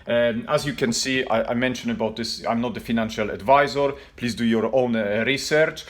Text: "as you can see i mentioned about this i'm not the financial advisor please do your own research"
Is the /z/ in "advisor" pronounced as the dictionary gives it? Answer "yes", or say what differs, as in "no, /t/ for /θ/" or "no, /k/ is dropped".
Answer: yes